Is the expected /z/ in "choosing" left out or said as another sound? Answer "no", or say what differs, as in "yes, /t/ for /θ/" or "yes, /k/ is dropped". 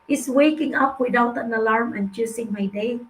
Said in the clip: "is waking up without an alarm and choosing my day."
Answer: yes, /s/ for /z/